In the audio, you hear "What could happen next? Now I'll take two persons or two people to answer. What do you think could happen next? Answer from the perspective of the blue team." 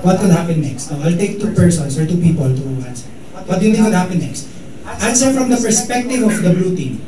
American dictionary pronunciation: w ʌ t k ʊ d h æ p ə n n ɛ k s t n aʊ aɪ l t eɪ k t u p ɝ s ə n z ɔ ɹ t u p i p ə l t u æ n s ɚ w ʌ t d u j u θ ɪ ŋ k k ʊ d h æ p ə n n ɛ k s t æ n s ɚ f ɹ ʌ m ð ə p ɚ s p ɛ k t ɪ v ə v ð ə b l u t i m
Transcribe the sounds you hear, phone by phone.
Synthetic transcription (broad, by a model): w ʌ t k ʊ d h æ p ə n n ɛ k s t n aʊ aɪ l t eɪ k t u p ɝ s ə n s ɔ ɹ t u p i p ə l t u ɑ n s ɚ w ʌ t d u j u t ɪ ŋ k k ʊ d h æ p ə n n ɛ k s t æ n s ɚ f ɹ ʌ m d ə p ɚ s p ɛ k t ɪ v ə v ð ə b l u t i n